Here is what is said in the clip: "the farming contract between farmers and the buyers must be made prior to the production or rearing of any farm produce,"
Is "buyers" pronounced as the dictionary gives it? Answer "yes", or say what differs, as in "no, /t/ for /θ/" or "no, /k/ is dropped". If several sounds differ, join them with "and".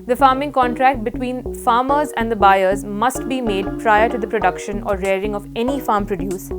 yes